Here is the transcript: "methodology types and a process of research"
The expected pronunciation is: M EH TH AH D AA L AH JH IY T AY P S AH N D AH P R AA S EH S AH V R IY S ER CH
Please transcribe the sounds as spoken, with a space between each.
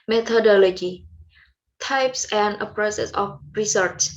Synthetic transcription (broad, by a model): M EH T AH D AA L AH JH IY T AY P S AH N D AH P R AA S EH S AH F R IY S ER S